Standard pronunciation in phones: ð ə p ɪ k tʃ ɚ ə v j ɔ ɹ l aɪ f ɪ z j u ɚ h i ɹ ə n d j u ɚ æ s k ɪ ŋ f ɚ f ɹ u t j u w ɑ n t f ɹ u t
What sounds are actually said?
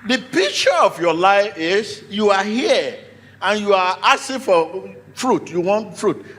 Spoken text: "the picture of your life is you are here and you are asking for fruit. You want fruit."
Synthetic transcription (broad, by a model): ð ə p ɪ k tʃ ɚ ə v j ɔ l aɪ f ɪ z j u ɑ h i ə n j u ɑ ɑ s ɪ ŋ f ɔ f ɹ u t j u w ɑ n t f ɹ u t